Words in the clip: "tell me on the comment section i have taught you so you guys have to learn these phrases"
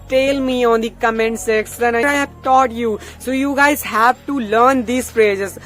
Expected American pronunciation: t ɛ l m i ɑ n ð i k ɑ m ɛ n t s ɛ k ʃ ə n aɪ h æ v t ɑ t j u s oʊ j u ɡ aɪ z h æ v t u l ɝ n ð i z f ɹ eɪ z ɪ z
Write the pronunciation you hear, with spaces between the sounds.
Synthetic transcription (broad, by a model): t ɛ l m i ɑ n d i k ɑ m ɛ n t s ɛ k s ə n aɪ h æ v t ɑ t j u s oʊ j u ɡ aɪ z h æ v t u l ɝ n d i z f ɹ eɪ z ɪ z